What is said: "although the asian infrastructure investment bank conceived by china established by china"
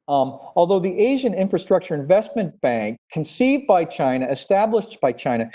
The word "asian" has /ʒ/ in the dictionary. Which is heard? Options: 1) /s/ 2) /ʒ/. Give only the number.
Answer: 2